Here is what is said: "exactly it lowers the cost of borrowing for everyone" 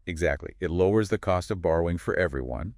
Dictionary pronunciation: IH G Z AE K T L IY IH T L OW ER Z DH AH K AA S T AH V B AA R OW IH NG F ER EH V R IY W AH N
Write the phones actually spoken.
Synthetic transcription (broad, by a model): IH G Z AE K T L IY IH T L OW ER Z DH AH K AA S T AH V B AA R OW IH NG F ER EH V R IY W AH N